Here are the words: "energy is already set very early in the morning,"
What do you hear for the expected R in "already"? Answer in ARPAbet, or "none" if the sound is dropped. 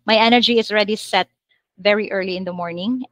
R